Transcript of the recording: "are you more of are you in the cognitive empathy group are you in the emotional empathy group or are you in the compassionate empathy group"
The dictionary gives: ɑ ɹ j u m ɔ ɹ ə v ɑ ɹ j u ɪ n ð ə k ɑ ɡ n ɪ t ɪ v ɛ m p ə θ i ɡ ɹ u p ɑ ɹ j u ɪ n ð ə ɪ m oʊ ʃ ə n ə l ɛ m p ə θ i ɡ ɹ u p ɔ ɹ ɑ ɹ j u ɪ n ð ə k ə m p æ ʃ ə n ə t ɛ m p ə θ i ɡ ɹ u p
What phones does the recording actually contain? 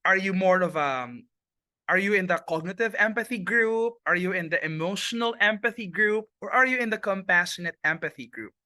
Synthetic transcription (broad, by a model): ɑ ɹ j u m ɔ ɹ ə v ɑ ɹ j u ɪ n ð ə k ɑ ɡ n ɪ t ɪ v ɛ m p ə θ i ɡ ɹ u p ɑ ɹ j u ɪ n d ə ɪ m oʊ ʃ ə n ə l ɛ m p ə θ i ɡ ɹ u p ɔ ɹ ɑ ɹ j u ɪ n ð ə k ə m p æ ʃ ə n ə t ɛ m p ə θ i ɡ ɹ u p